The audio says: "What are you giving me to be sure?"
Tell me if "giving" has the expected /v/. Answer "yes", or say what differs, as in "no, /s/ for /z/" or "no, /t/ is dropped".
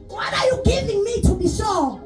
yes